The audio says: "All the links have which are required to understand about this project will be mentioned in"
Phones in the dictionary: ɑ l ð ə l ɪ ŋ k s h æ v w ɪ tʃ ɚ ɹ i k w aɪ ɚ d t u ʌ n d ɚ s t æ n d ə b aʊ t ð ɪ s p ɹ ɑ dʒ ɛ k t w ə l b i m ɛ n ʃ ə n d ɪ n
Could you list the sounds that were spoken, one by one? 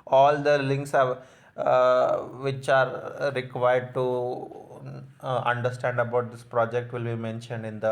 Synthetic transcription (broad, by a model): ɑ l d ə l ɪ ŋ k s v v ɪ tʃ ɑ ɹ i k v aɪ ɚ d t u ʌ n d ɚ s t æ n d ə b aʊ t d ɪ s p ɹ ɑ dʒ ɛ k t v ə l b i m ɛ n ʃ ə n d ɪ n